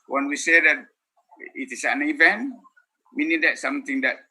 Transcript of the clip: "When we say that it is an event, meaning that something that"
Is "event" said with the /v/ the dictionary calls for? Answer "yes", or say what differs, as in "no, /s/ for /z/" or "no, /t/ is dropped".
yes